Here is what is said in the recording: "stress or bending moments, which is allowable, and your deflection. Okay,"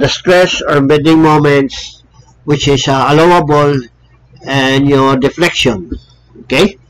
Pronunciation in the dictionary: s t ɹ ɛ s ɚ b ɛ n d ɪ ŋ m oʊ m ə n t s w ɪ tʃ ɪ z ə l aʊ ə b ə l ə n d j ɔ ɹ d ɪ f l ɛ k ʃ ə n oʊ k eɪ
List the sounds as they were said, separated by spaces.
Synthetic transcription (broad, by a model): s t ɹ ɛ s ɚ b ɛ d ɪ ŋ m oʊ m ə n t s w ɪ tʃ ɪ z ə l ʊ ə b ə l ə n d j ɔ ɹ d ɪ f l ɛ k ʃ ə n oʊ k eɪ